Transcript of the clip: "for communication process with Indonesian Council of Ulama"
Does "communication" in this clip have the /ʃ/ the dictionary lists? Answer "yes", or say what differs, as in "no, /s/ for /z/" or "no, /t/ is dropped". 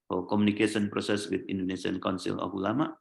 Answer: no, /s/ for /ʃ/